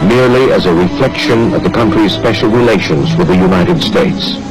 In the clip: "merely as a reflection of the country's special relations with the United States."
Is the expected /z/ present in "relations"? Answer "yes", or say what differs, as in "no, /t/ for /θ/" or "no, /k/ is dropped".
yes